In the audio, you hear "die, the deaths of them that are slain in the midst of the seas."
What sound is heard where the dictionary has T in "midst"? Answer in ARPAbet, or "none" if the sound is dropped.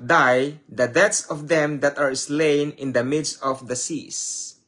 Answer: T